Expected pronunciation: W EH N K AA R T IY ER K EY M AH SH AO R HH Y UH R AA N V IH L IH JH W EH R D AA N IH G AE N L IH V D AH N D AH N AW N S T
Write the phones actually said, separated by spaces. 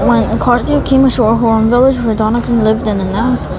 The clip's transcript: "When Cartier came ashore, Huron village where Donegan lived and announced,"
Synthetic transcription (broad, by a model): W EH N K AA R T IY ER K EY M AH SH AO R HH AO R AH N V IH L IH JH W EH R D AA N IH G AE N L IH V D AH N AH N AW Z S